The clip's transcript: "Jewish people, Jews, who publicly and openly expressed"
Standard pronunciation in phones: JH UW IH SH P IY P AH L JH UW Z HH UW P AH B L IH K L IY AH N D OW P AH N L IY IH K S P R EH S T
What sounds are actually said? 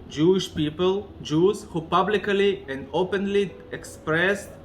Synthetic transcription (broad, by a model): JH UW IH SH P IY P AH L JH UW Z HH UW P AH B L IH K L IY AH N D OW P AH N L IY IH K S P R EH S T